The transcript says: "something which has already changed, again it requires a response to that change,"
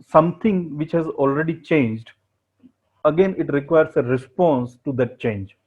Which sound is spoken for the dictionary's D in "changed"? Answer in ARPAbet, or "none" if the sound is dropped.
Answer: D